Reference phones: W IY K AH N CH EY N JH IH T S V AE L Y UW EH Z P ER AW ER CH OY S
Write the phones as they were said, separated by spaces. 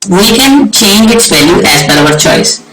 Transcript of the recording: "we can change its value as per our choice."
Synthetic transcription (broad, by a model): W IY K AH N CH EY N JH IH T S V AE L Y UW EH Z B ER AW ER CH OY S